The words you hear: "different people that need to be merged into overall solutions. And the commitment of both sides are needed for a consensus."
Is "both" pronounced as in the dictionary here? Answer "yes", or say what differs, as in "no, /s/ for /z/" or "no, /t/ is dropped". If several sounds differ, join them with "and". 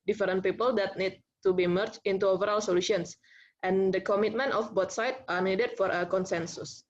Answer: no, /t/ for /θ/